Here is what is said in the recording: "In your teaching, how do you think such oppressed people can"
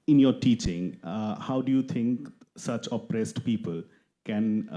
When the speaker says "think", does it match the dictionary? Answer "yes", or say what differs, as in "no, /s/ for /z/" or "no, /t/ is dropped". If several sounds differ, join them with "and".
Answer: no, /t/ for /θ/